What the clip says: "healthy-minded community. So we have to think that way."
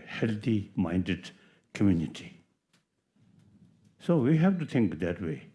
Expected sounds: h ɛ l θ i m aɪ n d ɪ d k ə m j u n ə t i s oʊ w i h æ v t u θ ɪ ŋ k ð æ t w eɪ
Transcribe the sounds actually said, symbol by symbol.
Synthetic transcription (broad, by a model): h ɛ l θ i m aɪ n d ɪ d k ə m j u n ə t i s oʊ w i h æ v t u t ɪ ŋ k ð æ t w eɪ